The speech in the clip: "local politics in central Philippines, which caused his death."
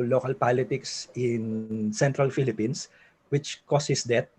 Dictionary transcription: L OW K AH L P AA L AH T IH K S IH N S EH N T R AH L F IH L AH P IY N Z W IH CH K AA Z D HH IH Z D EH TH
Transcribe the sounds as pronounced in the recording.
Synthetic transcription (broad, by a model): L OW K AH L P AA L AH T IH K S IH N S EH N T R AH L F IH L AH P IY N S W IH CH K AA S HH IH S D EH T